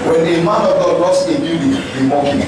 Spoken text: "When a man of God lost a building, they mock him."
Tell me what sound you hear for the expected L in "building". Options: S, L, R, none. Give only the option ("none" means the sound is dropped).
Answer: none